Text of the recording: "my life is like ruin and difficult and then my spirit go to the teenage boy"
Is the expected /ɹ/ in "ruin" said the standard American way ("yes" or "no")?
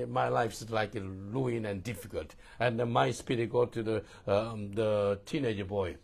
no